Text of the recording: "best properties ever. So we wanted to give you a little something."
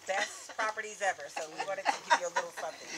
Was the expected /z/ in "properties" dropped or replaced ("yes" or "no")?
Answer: no